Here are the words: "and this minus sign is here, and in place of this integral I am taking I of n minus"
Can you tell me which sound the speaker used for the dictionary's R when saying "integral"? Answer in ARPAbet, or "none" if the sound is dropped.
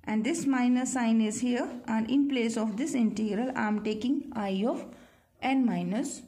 R